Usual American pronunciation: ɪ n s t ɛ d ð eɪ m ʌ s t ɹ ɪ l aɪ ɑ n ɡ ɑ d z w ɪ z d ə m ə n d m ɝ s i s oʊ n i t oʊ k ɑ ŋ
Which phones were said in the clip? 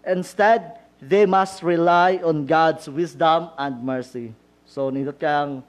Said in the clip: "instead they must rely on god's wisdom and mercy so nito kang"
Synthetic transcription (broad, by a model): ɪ n s t ɛ d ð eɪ m ʌ s t ɹ ɪ l aɪ ɑ n ɡ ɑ d s w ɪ s d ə m ə n d m ɝ s i s oʊ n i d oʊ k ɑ ŋ